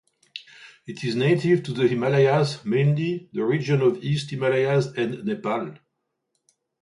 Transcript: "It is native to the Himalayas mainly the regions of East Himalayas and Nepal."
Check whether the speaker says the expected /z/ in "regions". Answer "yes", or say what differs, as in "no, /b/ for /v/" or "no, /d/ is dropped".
no, /z/ is dropped